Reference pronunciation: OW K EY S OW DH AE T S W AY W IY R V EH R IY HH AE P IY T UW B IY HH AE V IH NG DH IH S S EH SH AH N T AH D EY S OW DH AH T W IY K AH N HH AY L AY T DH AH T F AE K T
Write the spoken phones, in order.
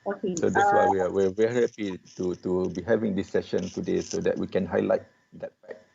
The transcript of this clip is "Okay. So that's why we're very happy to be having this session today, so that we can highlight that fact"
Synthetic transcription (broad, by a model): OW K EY S OW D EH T S W AY W IY W V EH R IY HH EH P IY T UW B IY HH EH V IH NG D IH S S EH SH AH N T AH D EY S OW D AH T W IY K AH N HH AY L AY T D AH T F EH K